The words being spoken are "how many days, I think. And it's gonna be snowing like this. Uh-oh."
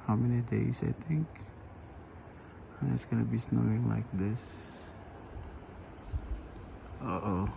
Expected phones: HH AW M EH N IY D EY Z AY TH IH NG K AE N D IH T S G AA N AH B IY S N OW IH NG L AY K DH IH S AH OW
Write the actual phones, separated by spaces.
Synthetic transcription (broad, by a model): HH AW M EH N IY D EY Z AY T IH NG K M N IH T S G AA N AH B IY S N OW IH NG L AY K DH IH S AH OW